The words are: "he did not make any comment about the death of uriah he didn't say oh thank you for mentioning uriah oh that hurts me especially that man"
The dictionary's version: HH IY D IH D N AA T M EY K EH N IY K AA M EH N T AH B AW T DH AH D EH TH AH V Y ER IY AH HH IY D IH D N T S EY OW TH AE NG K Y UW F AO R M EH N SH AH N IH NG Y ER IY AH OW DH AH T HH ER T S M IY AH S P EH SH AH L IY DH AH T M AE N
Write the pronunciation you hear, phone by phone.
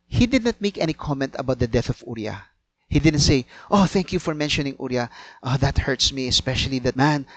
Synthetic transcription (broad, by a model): HH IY D IH D N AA T M EY K EH N IY K AA M EH N T AH B AW T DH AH D EH TH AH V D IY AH HH IY D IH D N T S EY OW TH AE NG K Y UW F AO R M EH N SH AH N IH NG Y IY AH OW DH AH T HH ER T S M IY AH S P EH SH AH L IY DH AH T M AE N